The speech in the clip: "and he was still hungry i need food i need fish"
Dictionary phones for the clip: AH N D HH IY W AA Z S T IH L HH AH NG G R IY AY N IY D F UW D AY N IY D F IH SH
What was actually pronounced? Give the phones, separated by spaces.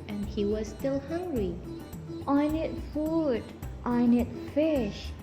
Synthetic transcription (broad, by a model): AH N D HH IY W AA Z S T IH L HH AH NG G R IY AY N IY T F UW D AY N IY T F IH SH